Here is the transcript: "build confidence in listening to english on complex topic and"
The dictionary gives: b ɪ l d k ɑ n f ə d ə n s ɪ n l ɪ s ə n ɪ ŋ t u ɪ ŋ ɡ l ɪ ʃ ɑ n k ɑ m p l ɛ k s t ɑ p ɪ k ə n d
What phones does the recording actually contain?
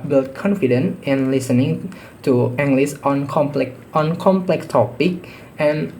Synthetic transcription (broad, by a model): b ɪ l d k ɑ n f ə d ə n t ɪ n l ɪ s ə n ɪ ŋ t u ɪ ŋ ɡ l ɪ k ɑ n k ɑ m p l ɛ k s t ɑ p ɪ k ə n